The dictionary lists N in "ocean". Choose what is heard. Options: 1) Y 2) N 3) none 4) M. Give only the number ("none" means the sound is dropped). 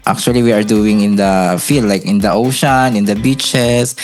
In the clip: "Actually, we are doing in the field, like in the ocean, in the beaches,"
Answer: 2